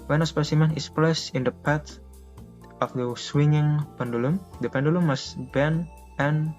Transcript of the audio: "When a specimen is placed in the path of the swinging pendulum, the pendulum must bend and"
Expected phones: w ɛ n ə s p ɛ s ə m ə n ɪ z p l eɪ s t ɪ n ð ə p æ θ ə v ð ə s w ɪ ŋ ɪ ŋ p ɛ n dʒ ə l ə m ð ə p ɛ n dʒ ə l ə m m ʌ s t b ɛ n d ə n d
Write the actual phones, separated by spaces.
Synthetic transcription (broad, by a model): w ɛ n ə s p ɛ s ə m ə n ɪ s p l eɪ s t ɪ n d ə p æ t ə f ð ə s w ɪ ŋ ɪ ŋ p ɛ n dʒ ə l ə m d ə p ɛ n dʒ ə l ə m m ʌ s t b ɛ n ə n